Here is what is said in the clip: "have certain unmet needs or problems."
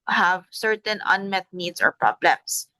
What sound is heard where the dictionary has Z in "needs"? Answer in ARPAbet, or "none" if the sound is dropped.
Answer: S